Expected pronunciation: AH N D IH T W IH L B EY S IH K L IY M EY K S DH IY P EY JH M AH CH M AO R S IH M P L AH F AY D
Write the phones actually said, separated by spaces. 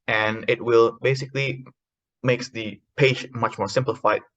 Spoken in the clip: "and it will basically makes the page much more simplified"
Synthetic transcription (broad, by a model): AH N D IH T W IH L B EY S IH K L IY M EY K S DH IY P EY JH M AH CH M AO R S IH M P L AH F AY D